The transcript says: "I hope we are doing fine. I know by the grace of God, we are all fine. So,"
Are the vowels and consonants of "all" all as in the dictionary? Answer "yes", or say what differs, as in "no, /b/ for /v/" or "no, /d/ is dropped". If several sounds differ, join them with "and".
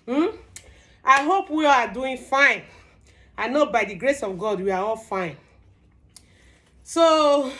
yes